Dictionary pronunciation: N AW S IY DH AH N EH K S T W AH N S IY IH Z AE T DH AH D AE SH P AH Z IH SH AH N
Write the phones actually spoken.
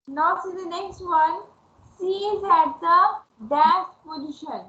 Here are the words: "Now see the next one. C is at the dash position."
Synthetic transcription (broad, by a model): N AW S IY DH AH N EH K S T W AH N S IY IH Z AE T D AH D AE S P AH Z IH SH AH N